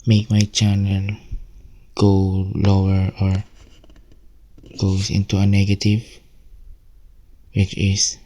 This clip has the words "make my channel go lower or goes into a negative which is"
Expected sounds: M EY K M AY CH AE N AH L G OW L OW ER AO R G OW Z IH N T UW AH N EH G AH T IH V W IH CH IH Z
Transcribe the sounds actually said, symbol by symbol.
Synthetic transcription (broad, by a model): M EY K M AY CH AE N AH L G OW L OW ER AO R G OW S IH N T UW AH N EH G AH T IH V W IH CH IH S